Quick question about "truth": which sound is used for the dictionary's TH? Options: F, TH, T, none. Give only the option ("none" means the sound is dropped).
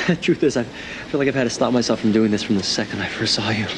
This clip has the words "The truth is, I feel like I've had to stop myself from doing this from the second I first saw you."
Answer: TH